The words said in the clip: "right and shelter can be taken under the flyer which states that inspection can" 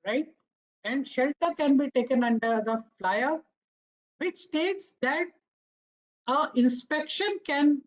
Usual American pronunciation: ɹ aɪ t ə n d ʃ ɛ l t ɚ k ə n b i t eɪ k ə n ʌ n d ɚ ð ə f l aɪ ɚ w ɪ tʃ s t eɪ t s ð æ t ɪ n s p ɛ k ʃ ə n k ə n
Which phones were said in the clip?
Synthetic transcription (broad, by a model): ɹ aɪ t ə n d ʃ ɛ l t ɚ k ə n b i t eɪ k ə n ʌ n d ɚ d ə f l aɪ ɚ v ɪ tʃ s t eɪ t s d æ t ɪ n s p ɛ k ʃ ə n k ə n